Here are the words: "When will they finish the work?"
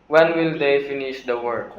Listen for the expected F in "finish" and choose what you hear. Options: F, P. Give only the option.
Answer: F